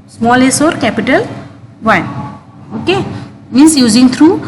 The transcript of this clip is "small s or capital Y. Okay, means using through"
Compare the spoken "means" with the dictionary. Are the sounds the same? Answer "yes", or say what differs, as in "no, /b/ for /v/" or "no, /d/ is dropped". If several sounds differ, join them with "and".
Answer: no, /s/ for /z/